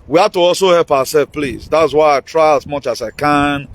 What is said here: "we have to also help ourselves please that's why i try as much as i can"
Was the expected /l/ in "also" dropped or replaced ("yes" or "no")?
no